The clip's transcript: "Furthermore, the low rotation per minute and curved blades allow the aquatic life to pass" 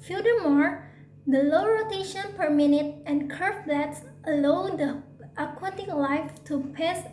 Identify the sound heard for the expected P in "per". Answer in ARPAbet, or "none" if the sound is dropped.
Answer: P